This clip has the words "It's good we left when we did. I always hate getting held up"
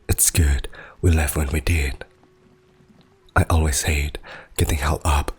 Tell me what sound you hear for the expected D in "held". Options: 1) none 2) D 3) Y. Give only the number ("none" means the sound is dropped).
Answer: 1